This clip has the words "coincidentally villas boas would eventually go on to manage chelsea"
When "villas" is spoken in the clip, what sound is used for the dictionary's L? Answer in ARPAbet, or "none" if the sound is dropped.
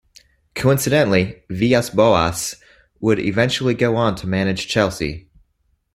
none